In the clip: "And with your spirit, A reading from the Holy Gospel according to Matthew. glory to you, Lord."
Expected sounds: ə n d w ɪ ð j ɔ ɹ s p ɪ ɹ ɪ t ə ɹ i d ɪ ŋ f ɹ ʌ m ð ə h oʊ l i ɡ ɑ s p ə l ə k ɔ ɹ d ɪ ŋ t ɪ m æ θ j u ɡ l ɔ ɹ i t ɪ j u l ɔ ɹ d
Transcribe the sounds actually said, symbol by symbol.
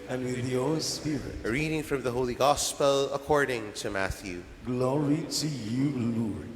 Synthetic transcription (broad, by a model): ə n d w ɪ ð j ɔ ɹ s p ɪ ɹ ɪ t ɹ i d ɪ ŋ f ɹ ʌ m ð ə h oʊ l i ɡ ɑ s p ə l ə k ɔ ɹ d ɪ ŋ t ɪ m æ θ j u ɡ l ɔ ɹ i t ɪ j u l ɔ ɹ